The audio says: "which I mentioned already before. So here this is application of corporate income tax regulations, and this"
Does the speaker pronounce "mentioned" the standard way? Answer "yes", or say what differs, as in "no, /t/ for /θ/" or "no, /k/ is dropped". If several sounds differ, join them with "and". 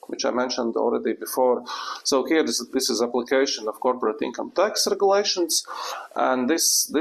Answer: yes